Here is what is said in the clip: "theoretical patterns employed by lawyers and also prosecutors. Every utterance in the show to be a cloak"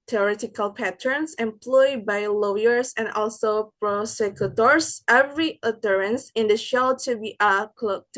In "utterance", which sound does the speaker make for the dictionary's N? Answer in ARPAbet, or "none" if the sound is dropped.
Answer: N